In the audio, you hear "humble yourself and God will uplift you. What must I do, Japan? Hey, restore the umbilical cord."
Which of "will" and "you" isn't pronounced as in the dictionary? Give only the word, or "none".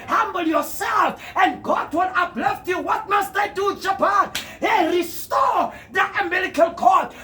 will